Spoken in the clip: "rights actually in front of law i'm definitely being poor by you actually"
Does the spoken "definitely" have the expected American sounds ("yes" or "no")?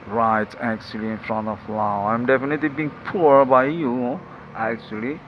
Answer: yes